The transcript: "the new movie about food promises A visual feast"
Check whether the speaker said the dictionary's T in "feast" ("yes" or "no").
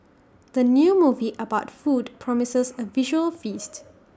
yes